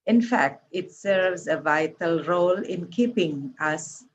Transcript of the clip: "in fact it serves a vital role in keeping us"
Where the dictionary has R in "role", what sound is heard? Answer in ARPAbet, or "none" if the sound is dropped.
R